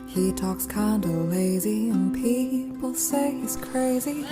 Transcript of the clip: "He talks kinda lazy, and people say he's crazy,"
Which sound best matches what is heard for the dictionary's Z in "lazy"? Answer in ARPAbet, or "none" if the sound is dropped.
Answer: Z